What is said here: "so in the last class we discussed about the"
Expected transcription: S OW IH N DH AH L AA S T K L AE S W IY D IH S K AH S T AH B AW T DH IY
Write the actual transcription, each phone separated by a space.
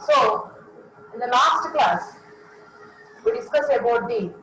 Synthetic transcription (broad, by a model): S OW IH N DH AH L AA S T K L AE S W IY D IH S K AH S AH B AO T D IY